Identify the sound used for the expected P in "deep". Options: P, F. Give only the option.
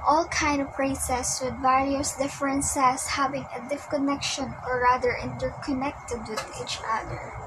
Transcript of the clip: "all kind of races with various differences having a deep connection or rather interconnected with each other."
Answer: F